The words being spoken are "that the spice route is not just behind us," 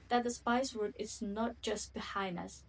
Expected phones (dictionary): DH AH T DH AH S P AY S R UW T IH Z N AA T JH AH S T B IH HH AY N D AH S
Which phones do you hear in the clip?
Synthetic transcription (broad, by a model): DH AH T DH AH S P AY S W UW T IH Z N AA T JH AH S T B IH HH AY N D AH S